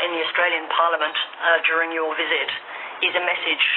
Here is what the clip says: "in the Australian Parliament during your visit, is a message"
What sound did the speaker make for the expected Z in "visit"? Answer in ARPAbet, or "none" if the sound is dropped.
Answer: Z